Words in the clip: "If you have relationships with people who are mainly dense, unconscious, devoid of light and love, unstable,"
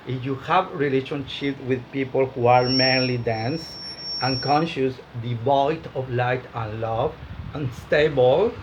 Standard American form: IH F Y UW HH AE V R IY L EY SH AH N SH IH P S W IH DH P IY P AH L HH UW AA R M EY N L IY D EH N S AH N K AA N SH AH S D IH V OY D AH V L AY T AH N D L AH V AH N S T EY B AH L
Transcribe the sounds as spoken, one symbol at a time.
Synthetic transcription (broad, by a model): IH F Y UW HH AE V R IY L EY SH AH N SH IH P W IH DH P IY P AH L HH UW AA R M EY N L IY D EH N S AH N K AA N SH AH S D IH B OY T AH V L AY T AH N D L AH V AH N S T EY B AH L